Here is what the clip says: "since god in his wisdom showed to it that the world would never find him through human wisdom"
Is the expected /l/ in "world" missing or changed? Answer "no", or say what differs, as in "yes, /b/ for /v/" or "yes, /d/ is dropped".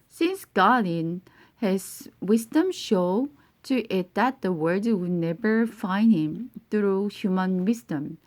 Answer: yes, /l/ is dropped